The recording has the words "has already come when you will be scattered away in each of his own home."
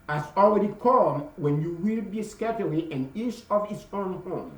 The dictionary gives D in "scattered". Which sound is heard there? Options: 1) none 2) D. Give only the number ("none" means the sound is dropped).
1